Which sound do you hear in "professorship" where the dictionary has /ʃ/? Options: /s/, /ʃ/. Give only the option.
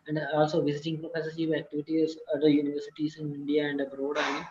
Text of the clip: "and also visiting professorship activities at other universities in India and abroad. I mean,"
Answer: /s/